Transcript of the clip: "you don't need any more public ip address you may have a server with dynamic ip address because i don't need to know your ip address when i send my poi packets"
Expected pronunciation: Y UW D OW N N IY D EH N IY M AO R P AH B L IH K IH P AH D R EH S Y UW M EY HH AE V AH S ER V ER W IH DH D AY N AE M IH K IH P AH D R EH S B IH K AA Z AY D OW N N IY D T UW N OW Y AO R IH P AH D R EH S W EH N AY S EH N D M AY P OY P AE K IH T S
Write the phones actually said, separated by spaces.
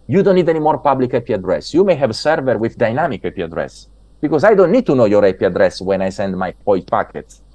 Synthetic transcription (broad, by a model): Y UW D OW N N IY D EH N IY M AO R P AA B L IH K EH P AH D R EH S Y UW M EY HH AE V S ER V ER W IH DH D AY N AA M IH K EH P AH D R EH S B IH K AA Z AY D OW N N IY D T UW N OW Y AO R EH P AH D R EH S W EH N AY S EH N D M AY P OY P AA K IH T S